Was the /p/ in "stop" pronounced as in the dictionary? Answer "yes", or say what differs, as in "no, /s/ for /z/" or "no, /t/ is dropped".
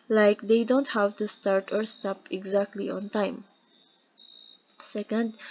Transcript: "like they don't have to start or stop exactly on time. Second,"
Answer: yes